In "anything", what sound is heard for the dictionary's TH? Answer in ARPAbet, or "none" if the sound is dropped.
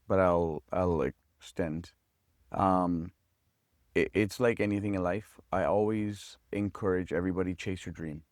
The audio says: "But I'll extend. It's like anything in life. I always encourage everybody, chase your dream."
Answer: TH